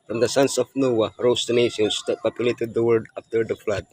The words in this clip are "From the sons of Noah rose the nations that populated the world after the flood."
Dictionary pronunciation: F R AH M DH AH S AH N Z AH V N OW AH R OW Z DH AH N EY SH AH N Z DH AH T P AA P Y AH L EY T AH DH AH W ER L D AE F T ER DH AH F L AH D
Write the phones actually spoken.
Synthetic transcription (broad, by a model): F R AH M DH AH S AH N S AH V N OW AH R OW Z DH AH N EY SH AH N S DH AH T P AA P Y AH L EY T AH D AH W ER D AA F T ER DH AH F L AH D